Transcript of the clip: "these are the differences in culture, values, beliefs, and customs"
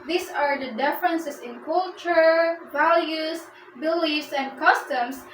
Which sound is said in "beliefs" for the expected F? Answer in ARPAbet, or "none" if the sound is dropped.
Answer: none